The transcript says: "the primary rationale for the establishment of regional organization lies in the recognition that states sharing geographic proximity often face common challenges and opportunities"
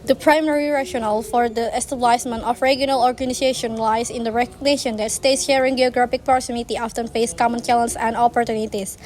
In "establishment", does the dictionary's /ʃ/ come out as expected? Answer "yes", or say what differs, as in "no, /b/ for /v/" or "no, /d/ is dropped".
no, /s/ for /ʃ/